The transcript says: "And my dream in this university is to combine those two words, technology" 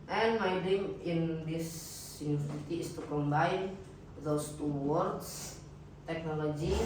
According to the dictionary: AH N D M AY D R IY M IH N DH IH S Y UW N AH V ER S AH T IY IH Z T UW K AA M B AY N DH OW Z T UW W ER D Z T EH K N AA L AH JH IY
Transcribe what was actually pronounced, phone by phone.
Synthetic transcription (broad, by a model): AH N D M AY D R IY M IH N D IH S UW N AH ER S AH T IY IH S T UW K AA M B AY N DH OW S T UW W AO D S T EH K N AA L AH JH IY